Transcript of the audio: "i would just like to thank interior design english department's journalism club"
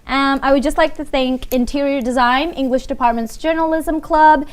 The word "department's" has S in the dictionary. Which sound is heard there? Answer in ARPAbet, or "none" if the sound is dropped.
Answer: S